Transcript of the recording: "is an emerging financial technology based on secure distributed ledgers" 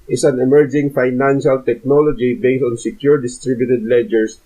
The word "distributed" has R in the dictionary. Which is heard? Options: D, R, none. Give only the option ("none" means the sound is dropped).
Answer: R